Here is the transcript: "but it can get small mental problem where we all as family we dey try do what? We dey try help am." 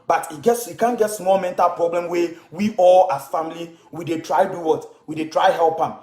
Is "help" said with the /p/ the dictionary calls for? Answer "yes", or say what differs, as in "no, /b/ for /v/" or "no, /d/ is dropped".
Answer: yes